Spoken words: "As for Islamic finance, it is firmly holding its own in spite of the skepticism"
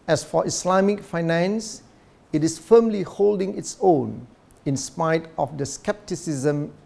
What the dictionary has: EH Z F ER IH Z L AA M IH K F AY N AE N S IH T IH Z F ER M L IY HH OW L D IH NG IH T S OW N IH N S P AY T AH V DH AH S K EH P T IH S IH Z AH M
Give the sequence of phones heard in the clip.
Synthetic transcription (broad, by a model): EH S F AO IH S L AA M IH K F AY N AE N S IH T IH S F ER M L IY HH OW L D IH NG IH T S OW N IH N S P AY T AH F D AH S K EH P T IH S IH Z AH M